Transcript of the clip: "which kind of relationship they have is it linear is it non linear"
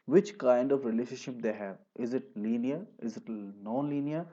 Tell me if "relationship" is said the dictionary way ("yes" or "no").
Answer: no